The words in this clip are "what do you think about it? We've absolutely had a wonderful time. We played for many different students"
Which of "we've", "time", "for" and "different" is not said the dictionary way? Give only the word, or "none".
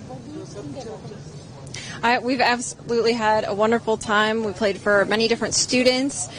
none